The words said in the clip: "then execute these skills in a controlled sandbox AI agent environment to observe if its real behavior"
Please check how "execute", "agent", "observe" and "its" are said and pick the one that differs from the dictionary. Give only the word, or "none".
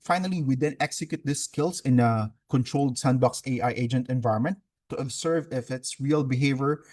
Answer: observe